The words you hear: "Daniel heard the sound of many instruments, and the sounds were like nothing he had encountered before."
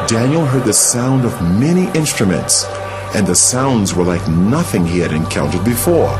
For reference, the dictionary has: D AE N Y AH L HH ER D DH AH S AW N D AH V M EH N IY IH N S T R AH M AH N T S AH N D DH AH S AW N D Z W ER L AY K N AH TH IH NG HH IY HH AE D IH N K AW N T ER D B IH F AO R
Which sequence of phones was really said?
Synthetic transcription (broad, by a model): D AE N Y L HH ER D DH AH S AW N D AH V M EH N IY IH N S T R AH M AH N T S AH N DH AH S AW N D Z W ER L AY K N AH TH IH NG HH IY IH D IH N K AW N T ER D B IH F AO R